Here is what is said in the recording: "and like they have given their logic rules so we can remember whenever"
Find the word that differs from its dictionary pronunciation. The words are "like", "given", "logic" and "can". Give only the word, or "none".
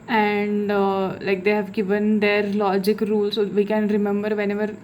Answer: none